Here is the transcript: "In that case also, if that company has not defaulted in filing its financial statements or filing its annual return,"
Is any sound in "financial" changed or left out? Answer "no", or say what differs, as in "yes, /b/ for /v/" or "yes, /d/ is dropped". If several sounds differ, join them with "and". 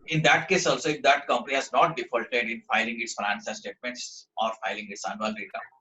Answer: yes, /s/ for /ʃ/